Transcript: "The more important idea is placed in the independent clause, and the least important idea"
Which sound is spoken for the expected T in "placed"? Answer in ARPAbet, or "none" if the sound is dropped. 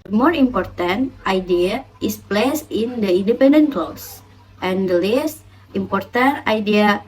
none